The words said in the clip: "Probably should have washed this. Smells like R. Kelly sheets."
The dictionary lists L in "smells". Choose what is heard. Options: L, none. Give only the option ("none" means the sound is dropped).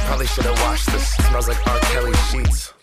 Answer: none